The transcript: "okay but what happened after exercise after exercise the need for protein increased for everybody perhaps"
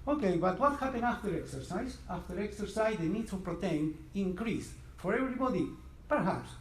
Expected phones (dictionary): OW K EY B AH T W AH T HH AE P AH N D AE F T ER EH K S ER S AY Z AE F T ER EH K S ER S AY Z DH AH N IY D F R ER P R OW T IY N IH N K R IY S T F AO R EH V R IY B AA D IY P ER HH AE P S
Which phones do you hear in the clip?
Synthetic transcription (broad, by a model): OW K EY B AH T W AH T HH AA P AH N AA F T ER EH K S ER S AY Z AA F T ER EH K S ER S AY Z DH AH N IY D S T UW P R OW T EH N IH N K R IY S F AO R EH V R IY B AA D IY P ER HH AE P S